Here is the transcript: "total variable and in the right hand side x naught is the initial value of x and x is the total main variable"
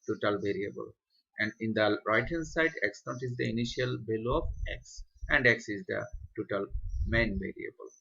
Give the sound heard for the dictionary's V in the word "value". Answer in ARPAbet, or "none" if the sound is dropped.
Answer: B